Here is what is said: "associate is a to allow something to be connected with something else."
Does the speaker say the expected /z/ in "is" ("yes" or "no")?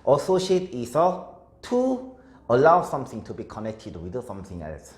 no